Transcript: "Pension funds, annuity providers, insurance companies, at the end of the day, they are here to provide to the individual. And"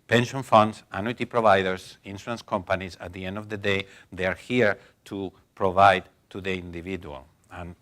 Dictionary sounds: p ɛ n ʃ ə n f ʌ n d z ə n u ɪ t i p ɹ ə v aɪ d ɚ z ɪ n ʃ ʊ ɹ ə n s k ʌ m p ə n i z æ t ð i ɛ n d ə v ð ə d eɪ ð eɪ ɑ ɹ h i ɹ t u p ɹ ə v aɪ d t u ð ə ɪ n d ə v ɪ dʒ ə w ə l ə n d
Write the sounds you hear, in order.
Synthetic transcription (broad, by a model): p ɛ n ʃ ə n f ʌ n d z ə n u t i p ɹ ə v aɪ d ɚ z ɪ n s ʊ ə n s k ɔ m p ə n i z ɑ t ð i ɛ n d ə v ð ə d eɪ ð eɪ ɑ ɹ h i ɹ t u p ɹ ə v aɪ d t u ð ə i n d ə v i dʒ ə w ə l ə n